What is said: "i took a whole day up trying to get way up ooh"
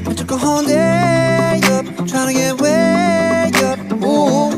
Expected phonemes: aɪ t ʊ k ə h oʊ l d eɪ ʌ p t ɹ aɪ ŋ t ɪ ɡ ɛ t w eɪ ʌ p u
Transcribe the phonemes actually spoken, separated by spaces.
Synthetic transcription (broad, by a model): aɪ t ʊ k ə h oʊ n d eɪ ʌ p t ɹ aɪ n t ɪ ɡ ɛ t w eɪ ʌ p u